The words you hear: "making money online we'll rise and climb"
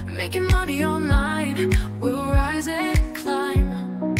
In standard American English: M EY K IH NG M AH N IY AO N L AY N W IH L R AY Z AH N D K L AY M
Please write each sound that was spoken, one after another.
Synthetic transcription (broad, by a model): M EY K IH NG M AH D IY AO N AY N W IH L R AY Z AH K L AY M